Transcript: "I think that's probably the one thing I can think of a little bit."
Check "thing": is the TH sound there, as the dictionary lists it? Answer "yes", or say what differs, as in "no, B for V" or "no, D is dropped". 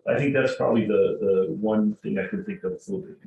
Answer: yes